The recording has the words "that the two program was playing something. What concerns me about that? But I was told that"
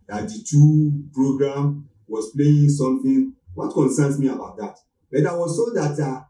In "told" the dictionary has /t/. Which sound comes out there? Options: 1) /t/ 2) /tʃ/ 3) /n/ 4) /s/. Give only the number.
4